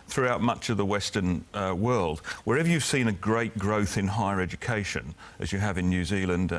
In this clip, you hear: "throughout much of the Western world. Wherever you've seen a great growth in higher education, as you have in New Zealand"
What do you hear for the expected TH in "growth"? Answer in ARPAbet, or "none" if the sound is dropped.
TH